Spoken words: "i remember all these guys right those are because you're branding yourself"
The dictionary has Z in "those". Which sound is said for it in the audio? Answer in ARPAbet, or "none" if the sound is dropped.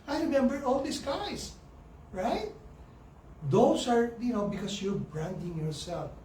S